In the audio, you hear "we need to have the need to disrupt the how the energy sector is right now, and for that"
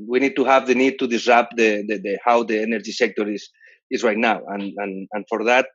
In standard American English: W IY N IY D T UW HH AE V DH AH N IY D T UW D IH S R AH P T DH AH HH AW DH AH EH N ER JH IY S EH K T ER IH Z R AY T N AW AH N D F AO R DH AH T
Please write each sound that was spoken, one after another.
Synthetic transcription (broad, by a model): W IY N IY D T UW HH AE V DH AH N IY D T UW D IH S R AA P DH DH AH HH AW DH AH EH N ER JH IY S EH K T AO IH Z R AY T N AW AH N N F AO R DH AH T